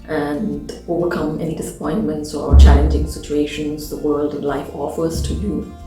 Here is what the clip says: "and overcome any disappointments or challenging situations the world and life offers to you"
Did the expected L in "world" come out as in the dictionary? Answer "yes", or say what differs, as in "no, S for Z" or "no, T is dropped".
yes